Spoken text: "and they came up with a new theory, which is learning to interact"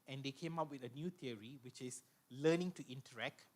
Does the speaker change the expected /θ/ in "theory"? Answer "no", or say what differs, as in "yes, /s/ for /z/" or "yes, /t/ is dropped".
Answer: yes, /t/ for /θ/